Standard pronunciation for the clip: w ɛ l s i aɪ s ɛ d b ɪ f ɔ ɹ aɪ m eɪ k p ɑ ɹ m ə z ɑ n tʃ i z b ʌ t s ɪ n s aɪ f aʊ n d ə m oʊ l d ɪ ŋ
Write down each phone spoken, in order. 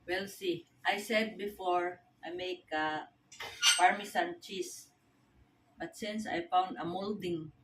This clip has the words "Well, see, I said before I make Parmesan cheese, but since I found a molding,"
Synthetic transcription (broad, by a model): w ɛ l s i aɪ s ɛ d b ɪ f ɔ ɹ aɪ m eɪ k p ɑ ɹ m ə s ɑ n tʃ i s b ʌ t s ɪ n s aɪ f aʊ n d ə m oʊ l d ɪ ŋ